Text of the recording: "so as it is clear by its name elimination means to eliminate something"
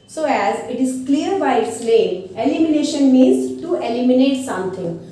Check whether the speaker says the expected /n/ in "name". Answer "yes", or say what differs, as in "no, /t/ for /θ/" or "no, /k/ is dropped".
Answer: no, /l/ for /n/